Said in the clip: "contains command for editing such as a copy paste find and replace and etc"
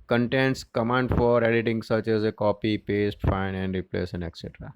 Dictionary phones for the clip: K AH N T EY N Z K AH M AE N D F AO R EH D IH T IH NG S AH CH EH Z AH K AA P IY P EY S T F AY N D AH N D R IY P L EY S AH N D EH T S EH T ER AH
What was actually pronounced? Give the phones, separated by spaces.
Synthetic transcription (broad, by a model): K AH N T EY N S K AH M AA N D F AO R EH D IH T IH NG S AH CH EH Z AH K AA P IY P EY S T F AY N AH N D R IY P L EY S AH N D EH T S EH T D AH